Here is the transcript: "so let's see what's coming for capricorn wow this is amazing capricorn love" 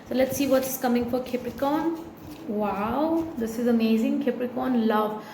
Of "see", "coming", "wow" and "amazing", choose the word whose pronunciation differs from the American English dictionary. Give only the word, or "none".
none